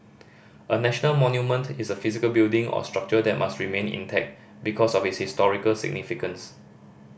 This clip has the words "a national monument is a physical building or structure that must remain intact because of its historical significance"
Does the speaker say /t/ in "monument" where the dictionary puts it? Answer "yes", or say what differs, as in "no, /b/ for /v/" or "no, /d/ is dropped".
yes